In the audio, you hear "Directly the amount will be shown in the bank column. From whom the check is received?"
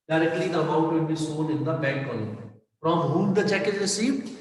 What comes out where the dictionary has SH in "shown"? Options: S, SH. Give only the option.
S